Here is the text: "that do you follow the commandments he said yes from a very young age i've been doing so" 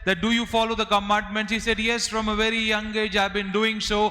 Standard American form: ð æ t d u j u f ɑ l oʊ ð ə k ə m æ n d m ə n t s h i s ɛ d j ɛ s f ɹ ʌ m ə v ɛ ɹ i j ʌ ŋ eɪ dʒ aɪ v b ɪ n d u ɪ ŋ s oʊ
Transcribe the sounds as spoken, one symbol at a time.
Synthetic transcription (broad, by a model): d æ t d u j u f ɑ l oʊ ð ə k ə m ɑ n d m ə n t h i s ɛ d j ɛ s f ɹ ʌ m ə v ɛ ɹ i j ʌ ŋ eɪ dʒ aɪ v b ɪ n d u ɪ ŋ s oʊ